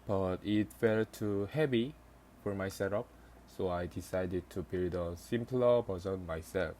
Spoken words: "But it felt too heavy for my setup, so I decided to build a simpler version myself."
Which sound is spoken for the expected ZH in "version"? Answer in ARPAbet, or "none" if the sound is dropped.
Z